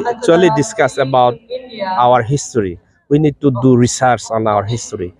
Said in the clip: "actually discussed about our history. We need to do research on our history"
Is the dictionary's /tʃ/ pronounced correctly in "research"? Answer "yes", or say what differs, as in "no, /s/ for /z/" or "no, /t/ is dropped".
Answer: no, /s/ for /tʃ/